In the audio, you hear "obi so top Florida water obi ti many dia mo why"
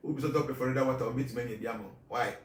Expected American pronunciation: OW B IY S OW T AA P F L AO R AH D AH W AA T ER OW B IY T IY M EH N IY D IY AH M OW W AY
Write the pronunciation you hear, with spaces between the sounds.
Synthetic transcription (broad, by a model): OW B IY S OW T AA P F AO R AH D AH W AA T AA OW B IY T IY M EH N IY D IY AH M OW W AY